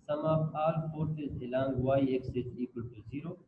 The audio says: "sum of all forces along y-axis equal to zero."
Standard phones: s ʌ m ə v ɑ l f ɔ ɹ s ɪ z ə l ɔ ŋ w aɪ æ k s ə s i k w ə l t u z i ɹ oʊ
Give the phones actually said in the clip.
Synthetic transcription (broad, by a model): s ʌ m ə p ɑ l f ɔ ɹ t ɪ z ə l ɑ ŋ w aɪ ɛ k s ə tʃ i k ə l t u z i ɹ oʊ